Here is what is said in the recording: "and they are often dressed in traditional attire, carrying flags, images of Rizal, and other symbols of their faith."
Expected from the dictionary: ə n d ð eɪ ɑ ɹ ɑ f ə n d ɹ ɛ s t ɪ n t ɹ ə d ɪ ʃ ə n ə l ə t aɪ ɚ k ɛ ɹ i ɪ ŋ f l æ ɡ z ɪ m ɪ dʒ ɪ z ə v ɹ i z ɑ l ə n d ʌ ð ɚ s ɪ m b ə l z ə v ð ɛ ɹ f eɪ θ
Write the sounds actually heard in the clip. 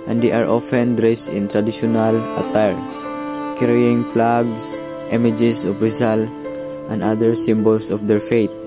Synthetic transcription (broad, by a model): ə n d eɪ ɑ ɹ ɑ f ə n d ɹ ɛ s t ɪ n t ɹ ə d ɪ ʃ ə n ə l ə t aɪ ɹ k ɛ ɹ i ɪ ŋ p l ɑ ɡ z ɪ m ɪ dʒ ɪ s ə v ɹ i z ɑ l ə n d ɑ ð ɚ s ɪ m b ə l s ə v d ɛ ɹ f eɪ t